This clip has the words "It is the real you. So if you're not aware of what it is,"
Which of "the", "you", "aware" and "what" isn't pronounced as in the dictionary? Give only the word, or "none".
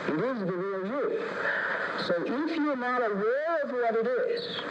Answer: aware